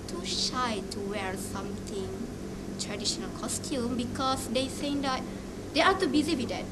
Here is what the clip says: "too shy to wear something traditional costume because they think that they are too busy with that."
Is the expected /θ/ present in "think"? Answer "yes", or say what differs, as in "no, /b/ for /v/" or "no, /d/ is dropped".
no, /s/ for /θ/